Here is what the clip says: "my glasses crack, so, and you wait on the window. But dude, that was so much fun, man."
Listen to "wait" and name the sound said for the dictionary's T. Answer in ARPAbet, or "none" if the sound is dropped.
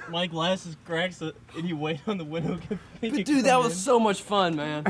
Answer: T